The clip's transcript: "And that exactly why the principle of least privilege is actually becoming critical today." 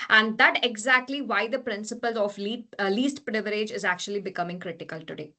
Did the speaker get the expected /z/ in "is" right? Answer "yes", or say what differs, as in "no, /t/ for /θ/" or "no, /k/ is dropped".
yes